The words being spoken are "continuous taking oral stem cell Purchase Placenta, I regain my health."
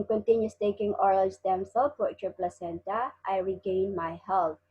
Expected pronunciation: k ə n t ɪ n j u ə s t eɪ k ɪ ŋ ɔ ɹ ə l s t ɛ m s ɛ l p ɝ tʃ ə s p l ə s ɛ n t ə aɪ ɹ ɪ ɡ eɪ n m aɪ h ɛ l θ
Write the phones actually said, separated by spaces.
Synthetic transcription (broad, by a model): k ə n t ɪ n j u s t eɪ k ɪ ŋ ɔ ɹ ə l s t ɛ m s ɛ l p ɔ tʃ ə p l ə s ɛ n t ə aɪ ɹ ɪ ɡ eɪ n m aɪ h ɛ l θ